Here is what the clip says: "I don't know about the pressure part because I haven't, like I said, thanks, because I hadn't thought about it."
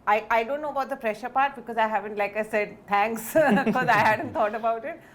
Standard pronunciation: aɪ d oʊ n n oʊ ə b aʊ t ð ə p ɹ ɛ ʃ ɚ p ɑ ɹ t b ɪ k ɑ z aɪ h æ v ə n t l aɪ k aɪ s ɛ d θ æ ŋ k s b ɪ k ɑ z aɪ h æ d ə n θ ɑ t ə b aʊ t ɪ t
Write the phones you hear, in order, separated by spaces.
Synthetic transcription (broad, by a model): aɪ d oʊ n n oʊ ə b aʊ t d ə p ɹ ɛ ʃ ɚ p ɑ ɹ t b ɪ k ɑ z aɪ h æ v ə n t l aɪ k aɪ s ɛ d t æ ŋ k s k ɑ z aɪ h æ d ə n t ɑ t ə b aʊ t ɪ t